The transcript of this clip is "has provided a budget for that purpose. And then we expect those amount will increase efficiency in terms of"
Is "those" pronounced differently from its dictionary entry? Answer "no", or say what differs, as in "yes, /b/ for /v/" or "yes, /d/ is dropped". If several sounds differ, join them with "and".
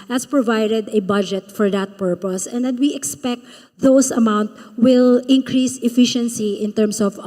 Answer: yes, /s/ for /z/